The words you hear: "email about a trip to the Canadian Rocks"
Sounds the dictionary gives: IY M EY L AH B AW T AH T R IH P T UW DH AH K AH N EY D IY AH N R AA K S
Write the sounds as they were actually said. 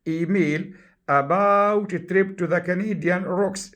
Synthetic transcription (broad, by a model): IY M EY L AH B AW T T R IH P T UW DH AH K AH N EY D IY AH N R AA K S